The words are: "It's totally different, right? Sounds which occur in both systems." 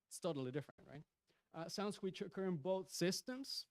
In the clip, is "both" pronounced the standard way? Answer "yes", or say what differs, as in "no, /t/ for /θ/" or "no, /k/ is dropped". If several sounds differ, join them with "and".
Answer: yes